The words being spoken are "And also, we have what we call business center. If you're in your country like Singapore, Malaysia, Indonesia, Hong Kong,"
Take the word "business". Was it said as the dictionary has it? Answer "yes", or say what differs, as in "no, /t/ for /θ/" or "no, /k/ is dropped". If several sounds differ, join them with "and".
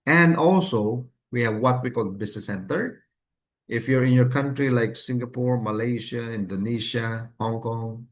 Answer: no, /s/ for /z/